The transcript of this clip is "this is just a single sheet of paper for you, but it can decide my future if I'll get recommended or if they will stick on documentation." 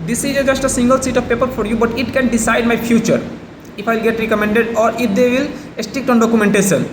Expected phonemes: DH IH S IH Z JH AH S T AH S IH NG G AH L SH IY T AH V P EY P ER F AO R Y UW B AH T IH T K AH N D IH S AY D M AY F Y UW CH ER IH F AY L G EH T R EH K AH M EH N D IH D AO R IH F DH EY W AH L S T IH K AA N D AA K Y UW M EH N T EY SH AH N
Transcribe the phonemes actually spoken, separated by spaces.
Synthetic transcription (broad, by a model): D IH S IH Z JH AH S T AH S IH NG G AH L S IY T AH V P EY P ER F AO R Y UW B AH T IH T K AH N D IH S AY D M AY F Y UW CH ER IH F AY L G EH T R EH K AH M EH N D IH D AO R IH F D EY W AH L S T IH K AA N D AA K Y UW M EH N T EY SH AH N